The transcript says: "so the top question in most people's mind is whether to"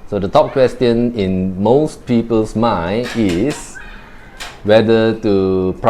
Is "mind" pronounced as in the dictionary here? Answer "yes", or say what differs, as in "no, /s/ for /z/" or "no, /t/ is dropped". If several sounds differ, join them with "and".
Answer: no, /d/ is dropped